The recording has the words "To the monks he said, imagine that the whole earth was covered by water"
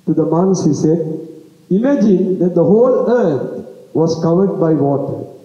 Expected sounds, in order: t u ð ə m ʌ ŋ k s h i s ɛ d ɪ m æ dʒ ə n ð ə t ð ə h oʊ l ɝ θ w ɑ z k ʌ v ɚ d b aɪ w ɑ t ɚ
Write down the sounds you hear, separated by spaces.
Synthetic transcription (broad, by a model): t u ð ə m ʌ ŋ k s h i s ɛ d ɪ m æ dʒ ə n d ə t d ə h oʊ l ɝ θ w ɑ s k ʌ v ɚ d b aɪ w ɑ t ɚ